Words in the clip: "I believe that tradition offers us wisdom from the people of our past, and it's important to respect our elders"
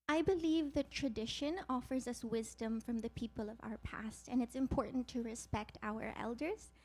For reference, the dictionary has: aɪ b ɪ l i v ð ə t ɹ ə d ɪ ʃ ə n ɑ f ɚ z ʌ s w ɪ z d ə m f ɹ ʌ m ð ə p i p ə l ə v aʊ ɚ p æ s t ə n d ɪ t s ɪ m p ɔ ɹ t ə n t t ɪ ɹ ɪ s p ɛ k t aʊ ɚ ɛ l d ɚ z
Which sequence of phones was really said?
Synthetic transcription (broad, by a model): aɪ b ɪ l i v ð ə t ɹ ə d ɪ ʃ ə n ɑ f ɚ z ʌ s w ɪ z d ə m f ɹ ʌ m ð ə p i p ə l ə v aʊ ɚ p æ s t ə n ɪ t s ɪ m p ɔ ɹ t n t t ɪ ɹ ɪ s p ɛ k t aʊ ɚ ɛ l d ɚ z